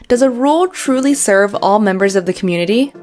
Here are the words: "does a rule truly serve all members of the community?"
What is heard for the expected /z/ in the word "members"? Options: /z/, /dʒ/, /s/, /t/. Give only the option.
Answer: /z/